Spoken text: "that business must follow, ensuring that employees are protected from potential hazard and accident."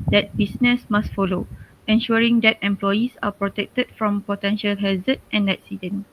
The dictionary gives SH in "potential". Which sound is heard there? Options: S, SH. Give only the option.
SH